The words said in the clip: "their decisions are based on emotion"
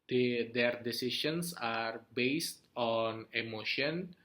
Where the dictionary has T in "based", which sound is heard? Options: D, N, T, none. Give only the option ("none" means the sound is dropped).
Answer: T